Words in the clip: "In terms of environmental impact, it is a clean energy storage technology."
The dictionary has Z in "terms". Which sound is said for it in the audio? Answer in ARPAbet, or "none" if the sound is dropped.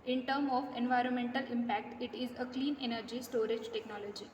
none